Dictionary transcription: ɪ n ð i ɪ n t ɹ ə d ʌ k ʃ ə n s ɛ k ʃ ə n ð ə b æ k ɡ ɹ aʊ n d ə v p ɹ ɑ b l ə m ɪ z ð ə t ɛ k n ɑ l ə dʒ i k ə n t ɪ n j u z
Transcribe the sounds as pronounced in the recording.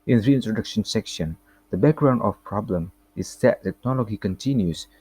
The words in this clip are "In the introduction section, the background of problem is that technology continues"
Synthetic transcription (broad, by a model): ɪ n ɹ i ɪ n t ɹ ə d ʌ k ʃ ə n s ɛ k ʃ ə n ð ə b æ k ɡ ɹ aʊ n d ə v p ɹ ɑ b l ə m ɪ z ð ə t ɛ k n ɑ l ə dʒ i k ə n t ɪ n j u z